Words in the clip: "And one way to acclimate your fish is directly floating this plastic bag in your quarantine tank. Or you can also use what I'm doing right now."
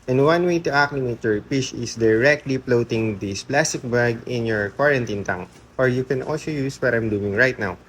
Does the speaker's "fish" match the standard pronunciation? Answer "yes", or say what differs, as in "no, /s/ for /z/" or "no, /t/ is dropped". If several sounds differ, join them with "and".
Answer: no, /p/ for /f/